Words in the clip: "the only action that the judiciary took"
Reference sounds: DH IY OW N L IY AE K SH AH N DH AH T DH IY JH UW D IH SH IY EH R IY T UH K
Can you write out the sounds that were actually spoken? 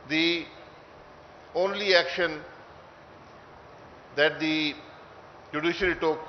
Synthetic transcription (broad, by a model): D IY OW N L IY AE K SH AH N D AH T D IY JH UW D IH SH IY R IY T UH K